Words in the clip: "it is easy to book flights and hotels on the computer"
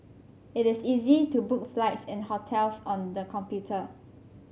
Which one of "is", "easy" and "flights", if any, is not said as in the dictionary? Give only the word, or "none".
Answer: is